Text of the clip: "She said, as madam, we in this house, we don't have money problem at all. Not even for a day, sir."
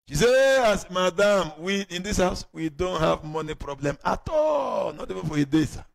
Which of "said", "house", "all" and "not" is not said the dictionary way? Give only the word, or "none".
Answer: said